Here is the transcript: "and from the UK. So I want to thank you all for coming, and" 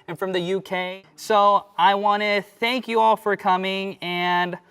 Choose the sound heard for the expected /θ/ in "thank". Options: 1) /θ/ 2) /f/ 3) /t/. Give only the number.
1